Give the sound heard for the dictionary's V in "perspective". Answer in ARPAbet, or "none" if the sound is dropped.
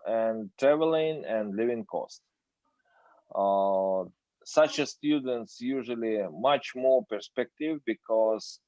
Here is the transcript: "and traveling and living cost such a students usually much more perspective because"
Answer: V